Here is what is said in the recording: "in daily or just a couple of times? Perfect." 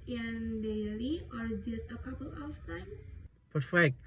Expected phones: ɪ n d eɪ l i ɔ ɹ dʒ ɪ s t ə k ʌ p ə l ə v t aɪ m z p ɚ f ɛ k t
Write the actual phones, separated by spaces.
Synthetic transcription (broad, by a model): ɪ n d eɪ l i ɔ ɹ dʒ ɪ s t ə k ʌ p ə l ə f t aɪ m s p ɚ f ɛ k t